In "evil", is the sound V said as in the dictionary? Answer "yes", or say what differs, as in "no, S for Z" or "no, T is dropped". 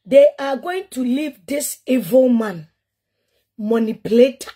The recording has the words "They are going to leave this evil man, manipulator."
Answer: yes